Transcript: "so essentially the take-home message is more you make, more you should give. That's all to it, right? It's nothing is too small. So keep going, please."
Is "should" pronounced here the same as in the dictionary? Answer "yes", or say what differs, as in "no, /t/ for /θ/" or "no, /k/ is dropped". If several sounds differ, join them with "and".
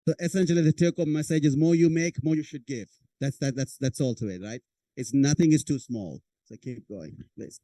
yes